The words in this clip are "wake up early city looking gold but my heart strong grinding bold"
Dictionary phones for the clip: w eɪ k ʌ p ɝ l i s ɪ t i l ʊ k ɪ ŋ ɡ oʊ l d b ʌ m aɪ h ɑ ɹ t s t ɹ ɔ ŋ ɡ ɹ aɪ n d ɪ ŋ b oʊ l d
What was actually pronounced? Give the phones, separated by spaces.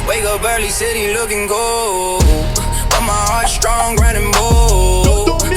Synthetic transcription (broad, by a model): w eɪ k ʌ b ɝ l i s ɪ t i l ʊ k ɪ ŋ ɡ oʊ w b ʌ m aɪ h ɑ ɹ t s t ɹ ɔ ŋ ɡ ɹ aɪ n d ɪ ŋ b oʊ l